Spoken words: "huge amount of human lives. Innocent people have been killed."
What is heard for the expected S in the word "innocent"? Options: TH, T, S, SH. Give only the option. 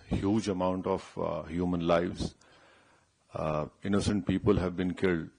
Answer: S